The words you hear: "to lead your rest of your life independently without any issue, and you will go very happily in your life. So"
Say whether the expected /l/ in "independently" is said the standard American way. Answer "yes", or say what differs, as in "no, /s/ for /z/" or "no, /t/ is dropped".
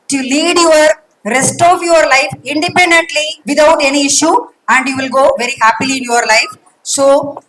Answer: yes